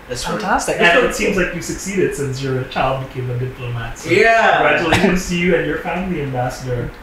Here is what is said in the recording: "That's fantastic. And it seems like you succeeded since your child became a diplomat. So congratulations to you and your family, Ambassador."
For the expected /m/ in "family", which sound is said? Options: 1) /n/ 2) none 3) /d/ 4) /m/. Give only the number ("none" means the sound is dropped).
2